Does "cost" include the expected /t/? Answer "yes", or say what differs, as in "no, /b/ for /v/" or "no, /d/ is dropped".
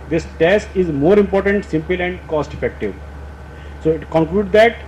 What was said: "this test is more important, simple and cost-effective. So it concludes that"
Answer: yes